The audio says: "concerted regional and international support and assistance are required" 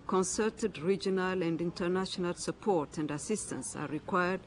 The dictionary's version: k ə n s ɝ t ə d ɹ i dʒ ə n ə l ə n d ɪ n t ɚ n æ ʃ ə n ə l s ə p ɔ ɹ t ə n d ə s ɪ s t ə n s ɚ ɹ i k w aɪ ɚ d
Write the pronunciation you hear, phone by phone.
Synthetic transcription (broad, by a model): k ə n s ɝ t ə d ɹ i dʒ ə n ə l ə n d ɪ n t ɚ n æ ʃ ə n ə l s ə p ɔ ɹ t ə n d ə s ɪ s t ə n s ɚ ɹ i k w aɪ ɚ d